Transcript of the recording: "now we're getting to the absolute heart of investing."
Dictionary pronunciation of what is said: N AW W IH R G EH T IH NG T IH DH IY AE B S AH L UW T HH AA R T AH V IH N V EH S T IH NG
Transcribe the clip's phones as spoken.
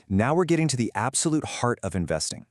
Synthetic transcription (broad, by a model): N AW W IH R G EH T IH NG T IH DH IY AE B S AH L UW T HH AA R T AH V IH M V EH S T IH NG